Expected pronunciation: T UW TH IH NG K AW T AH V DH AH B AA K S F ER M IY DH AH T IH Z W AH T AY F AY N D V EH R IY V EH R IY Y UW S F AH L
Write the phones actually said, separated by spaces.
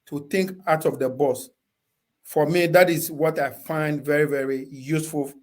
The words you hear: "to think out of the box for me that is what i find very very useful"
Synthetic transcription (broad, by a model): T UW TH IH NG K AW T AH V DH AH B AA S F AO M IY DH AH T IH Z W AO T AY F AY N D V EH R IY V EH R IY Y UW S F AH L